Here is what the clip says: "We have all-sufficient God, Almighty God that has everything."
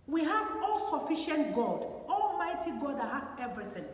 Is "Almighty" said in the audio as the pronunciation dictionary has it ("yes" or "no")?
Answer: yes